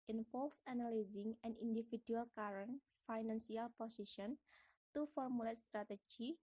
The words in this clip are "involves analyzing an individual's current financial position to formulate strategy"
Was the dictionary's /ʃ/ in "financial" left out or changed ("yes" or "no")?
yes